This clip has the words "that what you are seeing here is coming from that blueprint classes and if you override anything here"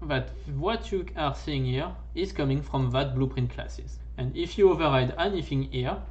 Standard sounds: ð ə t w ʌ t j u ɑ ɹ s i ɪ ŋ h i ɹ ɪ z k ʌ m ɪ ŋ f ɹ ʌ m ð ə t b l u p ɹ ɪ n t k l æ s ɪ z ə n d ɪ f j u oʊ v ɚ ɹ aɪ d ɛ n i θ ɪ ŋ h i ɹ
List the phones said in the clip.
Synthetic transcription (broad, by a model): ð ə t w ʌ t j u ɑ ɹ s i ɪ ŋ h i ɹ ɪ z k ʌ m ɪ ŋ f ɹ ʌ m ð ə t b l u p ɹ ɪ n t k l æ s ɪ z ə n d ɪ f j u oʊ v ɚ ɹ aɪ d ɛ n i θ ɪ ŋ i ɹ